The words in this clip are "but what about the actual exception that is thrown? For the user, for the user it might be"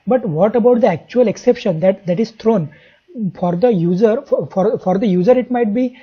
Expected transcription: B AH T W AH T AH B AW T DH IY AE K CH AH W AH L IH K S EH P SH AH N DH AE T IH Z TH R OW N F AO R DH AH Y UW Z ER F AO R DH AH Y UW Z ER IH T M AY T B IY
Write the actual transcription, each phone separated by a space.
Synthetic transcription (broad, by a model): B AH T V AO T AH B AW T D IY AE K CH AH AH L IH K S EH P SH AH N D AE T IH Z T R OW N F AO R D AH Y UW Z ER F AO R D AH Y UW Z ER IH T M AY T B IY